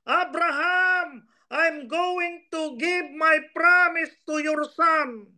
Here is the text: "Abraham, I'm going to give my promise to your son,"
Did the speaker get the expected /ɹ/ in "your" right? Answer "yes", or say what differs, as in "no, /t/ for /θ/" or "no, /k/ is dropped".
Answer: yes